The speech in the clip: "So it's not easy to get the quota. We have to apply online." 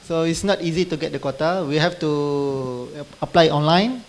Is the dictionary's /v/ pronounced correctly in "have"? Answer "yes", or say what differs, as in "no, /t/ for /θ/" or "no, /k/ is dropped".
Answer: no, /f/ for /v/